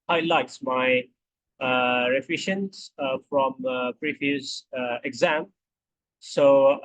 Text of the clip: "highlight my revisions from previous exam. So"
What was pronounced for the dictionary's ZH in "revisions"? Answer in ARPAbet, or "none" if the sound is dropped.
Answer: SH